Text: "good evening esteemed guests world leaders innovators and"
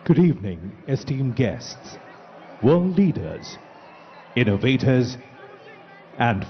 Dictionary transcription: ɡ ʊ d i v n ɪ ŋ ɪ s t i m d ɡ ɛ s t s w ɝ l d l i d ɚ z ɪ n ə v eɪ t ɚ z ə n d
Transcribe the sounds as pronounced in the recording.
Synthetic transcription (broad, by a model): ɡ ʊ d i v n ɪ ŋ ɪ s t i m ɡ ɛ s t s w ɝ l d l i d ɚ z ɪ n ə v eɪ t ɚ z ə n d